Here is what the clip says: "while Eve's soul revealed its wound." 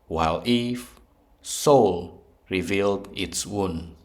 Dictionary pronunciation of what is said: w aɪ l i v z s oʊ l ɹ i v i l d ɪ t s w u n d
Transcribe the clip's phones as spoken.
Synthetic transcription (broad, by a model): w aɪ l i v s oʊ l ɹ i v i l d ɪ t s w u n